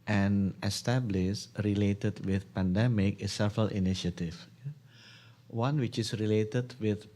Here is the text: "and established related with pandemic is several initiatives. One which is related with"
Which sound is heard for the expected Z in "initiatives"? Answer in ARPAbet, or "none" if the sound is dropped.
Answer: none